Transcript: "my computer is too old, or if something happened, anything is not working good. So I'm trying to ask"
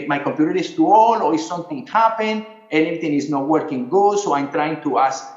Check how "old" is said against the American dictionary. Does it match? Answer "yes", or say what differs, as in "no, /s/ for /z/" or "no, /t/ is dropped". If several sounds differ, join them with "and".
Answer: no, /d/ is dropped